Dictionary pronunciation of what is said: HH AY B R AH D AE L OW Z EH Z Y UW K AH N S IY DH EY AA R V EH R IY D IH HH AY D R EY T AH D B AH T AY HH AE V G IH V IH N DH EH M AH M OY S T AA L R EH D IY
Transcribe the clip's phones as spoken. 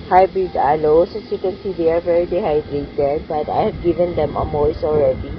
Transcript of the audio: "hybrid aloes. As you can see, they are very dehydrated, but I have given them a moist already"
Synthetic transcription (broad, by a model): HH AY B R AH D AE L OW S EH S Y UW K AH N S IY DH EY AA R V EH R IY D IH HH AY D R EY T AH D B AH T AY HH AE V G IH V IH N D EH M AH M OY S AA L R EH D IY